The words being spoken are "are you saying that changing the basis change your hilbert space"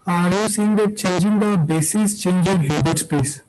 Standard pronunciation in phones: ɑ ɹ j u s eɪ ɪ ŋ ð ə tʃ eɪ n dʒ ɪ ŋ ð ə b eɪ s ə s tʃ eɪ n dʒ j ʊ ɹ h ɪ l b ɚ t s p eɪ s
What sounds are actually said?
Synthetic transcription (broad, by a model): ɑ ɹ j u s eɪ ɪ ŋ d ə tʃ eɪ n dʒ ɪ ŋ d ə b eɪ s ə s tʃ eɪ n dʒ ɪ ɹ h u b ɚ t s p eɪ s